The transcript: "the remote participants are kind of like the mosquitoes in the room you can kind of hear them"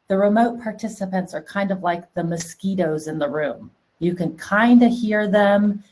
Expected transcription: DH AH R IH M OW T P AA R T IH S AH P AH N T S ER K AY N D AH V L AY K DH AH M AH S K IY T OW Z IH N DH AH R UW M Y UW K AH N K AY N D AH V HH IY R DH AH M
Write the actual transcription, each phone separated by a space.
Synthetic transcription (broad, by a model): DH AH R IH M OW T P AA R T IH S AH P AH N T S ER K AY N D AH V L AY K DH AH M AH S K IY T OW Z IH N DH AH R UW M Y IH K AH N K AY N D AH HH IY R DH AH M